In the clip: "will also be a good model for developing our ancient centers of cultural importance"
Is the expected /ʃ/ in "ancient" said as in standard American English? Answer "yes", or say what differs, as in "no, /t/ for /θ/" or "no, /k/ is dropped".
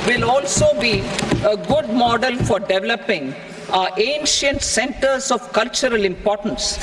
yes